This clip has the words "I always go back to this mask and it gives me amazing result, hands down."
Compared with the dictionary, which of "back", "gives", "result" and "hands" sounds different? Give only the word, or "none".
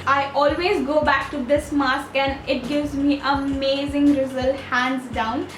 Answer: none